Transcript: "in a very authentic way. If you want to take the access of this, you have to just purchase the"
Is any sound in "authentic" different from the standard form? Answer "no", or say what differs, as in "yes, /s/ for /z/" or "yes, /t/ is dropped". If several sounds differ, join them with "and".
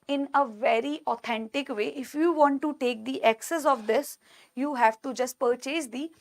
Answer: yes, /t/ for /θ/